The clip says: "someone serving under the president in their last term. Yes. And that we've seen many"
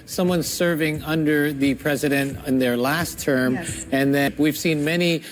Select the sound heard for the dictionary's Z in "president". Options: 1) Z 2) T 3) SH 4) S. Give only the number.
1